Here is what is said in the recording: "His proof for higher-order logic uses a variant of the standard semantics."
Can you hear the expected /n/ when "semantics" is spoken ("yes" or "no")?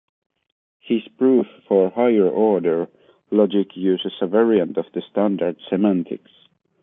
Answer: yes